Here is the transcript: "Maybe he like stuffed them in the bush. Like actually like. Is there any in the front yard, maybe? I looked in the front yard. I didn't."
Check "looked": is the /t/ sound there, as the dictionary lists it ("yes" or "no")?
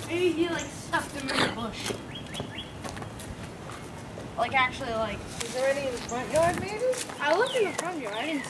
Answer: no